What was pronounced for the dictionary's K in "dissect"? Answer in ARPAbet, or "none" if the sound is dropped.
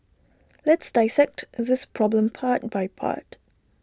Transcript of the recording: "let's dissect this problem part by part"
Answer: K